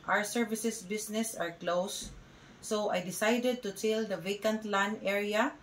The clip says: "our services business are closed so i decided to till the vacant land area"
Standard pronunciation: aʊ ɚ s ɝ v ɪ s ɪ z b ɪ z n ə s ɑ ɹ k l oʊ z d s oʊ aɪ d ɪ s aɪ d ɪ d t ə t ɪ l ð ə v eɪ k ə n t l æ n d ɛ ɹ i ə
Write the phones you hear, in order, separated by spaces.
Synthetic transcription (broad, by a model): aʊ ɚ s ɝ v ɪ s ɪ s b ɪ s n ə s ɑ ɹ k l oʊ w s oʊ aɪ d ɪ s aɪ d ɪ d t ə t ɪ l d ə v eɪ k ə n t l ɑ n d ɛ ɹ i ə